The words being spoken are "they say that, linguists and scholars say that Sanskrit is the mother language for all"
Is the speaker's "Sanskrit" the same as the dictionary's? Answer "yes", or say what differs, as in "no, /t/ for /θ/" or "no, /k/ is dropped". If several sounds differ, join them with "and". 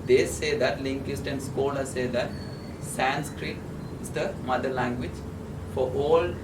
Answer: yes